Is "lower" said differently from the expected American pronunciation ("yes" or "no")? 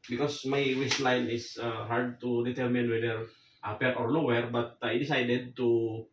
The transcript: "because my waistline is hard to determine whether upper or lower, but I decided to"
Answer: yes